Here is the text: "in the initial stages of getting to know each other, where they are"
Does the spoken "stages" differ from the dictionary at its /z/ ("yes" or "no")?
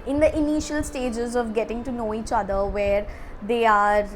no